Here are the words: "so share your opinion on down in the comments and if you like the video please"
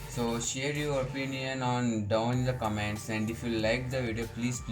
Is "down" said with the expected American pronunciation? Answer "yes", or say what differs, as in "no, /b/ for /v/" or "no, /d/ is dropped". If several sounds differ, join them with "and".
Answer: no, /n/ is dropped